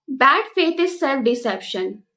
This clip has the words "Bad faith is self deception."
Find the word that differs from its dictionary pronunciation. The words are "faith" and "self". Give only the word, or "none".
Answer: faith